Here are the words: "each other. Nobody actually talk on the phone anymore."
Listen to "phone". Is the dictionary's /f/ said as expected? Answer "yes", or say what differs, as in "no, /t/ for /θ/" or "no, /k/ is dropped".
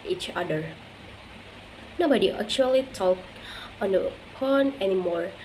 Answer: no, /p/ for /f/